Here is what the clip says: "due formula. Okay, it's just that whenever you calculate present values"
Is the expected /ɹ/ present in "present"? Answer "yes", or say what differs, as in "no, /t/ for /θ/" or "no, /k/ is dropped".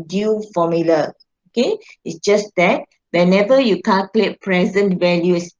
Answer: yes